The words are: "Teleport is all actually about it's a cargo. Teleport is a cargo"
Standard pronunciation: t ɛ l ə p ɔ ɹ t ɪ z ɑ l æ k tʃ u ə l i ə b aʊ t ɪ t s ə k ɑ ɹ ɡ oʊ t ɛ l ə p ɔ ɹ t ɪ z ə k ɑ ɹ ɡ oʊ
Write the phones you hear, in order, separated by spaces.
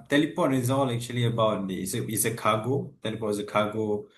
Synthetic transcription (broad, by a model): t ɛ l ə p ɔ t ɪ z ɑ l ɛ k tʃ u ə l i ə b aʊ t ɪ s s ə k ɑ ɡ oʊ t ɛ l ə p ɔ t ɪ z ə k ɑ ɡ oʊ